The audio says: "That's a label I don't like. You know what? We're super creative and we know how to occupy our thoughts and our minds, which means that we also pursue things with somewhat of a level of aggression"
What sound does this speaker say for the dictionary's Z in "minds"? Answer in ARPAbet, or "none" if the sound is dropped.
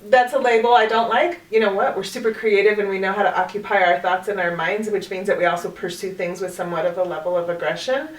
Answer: Z